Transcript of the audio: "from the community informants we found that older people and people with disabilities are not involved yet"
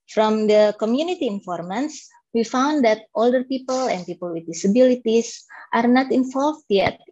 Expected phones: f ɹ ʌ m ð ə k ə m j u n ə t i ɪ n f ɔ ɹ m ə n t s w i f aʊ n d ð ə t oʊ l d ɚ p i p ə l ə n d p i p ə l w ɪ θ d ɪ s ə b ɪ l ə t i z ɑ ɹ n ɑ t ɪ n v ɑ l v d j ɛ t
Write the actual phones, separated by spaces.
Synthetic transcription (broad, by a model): f ɹ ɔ m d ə k ə m j u n ə t i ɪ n f ɔ ɹ m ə n s w i f aʊ n d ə t oʊ l d ɚ p i p ə l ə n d p i p ə l w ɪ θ d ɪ s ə b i l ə t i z ɑ ɹ n ɑ t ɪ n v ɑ l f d j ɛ t